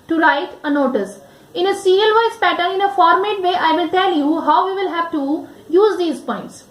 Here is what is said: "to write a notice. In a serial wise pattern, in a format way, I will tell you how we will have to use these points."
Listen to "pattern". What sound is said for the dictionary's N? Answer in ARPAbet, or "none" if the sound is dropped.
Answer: none